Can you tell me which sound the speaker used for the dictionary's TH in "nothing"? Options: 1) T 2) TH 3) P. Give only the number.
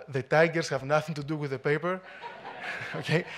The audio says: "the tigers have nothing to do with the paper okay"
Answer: 2